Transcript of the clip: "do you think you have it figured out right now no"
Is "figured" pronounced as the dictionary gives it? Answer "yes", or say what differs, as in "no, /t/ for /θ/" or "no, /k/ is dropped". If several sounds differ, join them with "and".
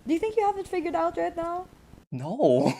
yes